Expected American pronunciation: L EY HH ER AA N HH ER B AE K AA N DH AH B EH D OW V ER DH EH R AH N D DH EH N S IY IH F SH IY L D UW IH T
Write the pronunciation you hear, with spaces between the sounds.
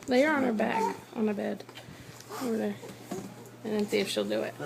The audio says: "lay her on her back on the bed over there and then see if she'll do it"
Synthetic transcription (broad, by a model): L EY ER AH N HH ER B AE K N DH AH B EH D OW V ER DH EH R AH N DH EH N S IY IH F SH IY L D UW IH T